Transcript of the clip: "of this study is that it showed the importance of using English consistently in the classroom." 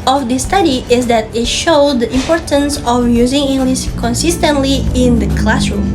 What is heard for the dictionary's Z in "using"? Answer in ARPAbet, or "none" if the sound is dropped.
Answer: Z